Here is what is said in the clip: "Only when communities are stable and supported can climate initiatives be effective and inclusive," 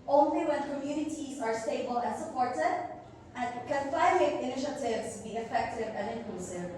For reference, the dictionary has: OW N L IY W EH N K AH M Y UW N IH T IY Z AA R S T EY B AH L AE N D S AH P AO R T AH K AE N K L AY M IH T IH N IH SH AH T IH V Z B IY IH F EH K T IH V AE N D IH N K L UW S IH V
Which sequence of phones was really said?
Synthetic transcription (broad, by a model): OW N L IY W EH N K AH M Y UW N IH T IY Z AA R S T EY B AH L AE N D S AH P AO R T AH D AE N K N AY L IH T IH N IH SH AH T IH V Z B IY IH F EH K T IH V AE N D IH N K L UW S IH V